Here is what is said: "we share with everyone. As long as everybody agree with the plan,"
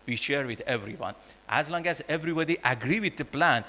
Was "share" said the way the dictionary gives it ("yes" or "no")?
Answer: yes